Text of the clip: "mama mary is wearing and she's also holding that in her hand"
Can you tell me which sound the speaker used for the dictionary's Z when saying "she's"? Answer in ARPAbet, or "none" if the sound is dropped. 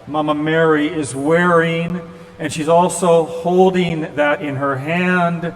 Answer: Z